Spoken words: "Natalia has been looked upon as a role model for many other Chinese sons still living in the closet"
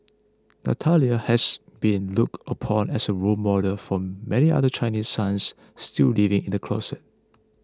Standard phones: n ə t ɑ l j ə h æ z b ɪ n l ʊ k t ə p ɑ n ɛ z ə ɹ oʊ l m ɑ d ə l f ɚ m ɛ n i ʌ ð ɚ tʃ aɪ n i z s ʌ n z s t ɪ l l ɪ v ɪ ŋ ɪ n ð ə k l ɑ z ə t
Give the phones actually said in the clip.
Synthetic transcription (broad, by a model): n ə t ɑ l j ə h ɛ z b ɪ n l ʊ k t ə p ɑ n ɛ s ə ɹ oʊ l m ɑ d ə f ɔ m ɛ n i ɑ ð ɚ tʃ aɪ n i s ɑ n s t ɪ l l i v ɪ ŋ ɪ n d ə k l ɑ s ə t